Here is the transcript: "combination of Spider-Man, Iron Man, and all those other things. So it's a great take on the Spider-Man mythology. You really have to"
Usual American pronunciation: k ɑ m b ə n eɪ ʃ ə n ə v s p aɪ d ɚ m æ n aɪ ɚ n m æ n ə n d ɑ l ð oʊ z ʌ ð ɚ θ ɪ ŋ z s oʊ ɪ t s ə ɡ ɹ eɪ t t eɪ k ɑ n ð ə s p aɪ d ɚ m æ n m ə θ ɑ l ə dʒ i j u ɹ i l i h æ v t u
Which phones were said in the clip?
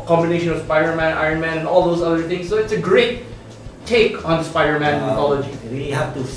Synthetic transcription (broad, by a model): k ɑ m b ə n eɪ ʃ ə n ə v s p aɪ d ɚ m æ n aɪ ɚ n m æ n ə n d ɑ l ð oʊ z ʌ ð ɚ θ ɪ ŋ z s oʊ ɪ t s ə ɡ ɹ eɪ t t eɪ k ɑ n s p aɪ d ɚ m æ n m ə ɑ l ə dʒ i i i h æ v t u